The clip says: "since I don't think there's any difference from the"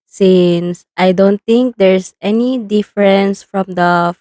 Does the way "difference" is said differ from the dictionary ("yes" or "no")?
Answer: no